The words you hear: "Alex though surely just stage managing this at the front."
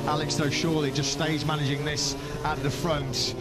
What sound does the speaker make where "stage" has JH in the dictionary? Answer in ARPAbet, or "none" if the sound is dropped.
Z